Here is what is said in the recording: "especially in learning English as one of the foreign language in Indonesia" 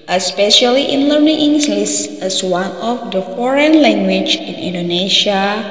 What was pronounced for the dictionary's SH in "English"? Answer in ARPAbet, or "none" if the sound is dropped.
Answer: S